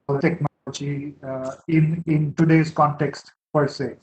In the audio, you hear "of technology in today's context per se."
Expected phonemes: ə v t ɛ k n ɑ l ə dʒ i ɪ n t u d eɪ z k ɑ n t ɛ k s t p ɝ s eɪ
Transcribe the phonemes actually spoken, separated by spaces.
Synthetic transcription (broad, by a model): t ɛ k n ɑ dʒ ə i ɪ n t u d eɪ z k ɑ n t ɛ k s t p ɝ s eɪ